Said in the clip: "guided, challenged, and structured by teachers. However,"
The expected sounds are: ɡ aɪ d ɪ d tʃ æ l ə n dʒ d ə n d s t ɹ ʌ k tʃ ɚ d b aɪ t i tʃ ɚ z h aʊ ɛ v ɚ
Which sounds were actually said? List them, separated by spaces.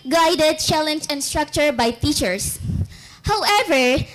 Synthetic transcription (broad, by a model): ɡ aɪ d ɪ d tʃ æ l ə n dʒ ə n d s t ɹ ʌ k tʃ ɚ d b aɪ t i tʃ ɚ s h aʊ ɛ v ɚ